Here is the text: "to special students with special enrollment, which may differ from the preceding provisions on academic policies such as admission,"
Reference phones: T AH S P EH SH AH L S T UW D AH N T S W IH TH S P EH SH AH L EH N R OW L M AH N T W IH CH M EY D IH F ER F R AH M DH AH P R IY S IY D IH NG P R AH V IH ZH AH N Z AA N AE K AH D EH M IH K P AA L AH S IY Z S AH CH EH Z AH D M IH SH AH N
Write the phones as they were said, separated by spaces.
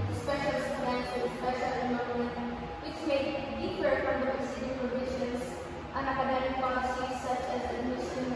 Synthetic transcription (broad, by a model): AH S P EH SH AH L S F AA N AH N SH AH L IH S P EH SH AH L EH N L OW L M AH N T W IH CH M EY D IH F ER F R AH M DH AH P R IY S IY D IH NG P R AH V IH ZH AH N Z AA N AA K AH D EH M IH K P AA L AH S IY S AH CH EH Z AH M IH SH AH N